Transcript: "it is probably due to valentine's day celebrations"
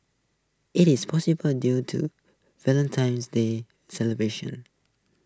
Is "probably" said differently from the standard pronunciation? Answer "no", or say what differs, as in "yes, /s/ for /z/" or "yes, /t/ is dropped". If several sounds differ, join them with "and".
yes, /ɹ/ is dropped